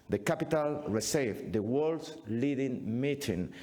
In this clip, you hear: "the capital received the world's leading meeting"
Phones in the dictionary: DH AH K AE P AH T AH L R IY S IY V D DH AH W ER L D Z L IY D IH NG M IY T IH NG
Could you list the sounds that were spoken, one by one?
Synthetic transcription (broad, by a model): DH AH K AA P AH T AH L R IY S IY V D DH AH W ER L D S L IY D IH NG M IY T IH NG